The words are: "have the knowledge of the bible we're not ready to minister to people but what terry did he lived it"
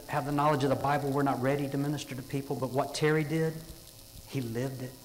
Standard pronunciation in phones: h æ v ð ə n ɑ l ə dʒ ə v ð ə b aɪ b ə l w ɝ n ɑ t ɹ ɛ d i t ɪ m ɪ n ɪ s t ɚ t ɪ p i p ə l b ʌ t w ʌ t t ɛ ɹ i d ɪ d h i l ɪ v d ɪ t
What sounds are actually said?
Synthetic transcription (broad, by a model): h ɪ v ð ə n ɑ l ə dʒ ə v ð ə b aɪ b l w ɝ n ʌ t ɹ ɛ d i t ɪ m ɪ n ɪ s t ɚ t ɪ p i p l b ʌ t w ʌ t t ɛ ɹ i d ɪ d h i l ɪ v d ɪ t